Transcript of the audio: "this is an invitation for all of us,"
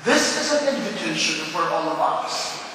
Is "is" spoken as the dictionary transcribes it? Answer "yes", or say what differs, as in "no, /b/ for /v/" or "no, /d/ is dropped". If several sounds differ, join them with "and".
yes